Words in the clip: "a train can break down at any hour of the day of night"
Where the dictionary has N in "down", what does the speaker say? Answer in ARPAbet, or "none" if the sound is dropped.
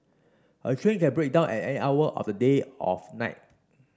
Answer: N